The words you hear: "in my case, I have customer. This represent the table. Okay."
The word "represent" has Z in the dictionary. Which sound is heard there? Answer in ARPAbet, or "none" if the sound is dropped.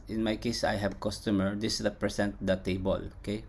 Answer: S